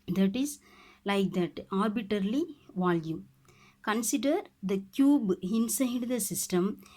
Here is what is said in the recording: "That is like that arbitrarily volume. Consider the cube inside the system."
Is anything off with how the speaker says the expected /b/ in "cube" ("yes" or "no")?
no